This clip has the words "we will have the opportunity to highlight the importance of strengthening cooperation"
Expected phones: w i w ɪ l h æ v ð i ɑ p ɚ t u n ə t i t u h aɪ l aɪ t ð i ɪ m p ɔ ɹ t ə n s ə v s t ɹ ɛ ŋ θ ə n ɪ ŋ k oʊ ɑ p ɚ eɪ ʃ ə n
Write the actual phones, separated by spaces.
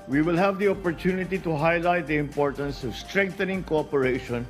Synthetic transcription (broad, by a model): w i w ɪ l h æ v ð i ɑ p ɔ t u n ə t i t u h aɪ l aɪ t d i ɪ m p ɔ ɹ t ə n s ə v s t ɹ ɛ ŋ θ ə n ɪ ŋ k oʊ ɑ p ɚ eɪ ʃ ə n